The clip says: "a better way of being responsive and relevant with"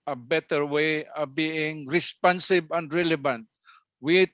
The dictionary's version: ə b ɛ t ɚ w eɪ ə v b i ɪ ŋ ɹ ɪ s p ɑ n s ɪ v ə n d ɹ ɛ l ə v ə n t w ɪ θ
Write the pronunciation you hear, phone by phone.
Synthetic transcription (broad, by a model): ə b ɛ t ɚ w eɪ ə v b i ɪ ŋ ɹ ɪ s p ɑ n s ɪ b ə n d ɹ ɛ l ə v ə n t w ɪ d